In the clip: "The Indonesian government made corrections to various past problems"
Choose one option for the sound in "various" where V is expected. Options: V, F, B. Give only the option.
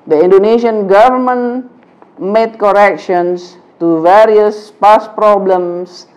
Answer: V